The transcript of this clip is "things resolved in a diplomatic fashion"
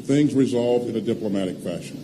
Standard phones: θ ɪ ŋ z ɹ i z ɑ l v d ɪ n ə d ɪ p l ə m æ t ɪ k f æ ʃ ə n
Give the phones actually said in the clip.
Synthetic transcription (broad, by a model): θ ɪ ŋ z ɹ i z ɑ l v d ɪ n ə d ɪ p l ə m æ t ɪ k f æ ʃ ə n